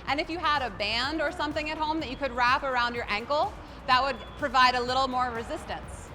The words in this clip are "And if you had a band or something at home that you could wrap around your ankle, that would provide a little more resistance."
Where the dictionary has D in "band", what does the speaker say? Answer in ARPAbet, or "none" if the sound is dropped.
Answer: D